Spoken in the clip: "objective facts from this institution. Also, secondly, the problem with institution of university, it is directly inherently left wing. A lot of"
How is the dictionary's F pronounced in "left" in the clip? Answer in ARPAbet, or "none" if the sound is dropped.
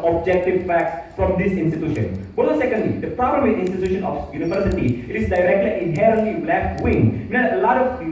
none